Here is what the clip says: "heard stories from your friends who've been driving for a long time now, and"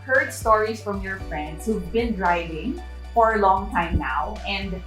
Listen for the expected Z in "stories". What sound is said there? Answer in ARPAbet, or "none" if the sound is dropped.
S